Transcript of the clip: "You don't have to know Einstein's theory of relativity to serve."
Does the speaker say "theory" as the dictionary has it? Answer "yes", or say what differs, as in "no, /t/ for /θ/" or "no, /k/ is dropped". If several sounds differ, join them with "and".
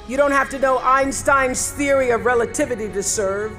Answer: yes